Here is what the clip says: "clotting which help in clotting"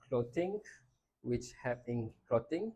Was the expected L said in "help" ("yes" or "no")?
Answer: no